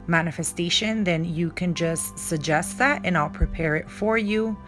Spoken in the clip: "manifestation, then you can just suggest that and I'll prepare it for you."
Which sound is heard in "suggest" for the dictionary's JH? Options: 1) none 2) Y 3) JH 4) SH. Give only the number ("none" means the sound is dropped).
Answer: 3